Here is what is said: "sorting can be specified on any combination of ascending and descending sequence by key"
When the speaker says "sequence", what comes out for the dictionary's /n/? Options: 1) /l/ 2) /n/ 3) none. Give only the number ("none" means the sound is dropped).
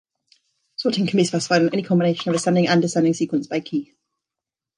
2